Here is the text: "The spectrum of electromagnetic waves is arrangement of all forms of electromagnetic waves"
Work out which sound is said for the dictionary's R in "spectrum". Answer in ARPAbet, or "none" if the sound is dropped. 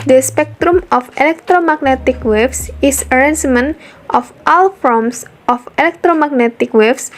R